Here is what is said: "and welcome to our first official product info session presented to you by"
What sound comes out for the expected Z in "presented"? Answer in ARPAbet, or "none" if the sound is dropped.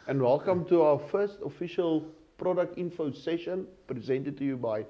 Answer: Z